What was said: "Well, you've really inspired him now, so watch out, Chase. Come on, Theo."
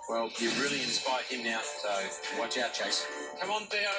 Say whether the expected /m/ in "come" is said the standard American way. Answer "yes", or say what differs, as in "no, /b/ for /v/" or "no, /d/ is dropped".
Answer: yes